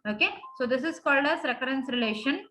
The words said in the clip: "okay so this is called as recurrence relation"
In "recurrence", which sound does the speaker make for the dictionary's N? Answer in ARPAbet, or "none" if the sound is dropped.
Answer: N